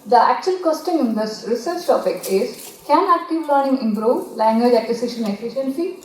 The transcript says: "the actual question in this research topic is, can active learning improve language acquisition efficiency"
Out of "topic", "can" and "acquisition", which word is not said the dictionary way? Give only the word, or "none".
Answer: acquisition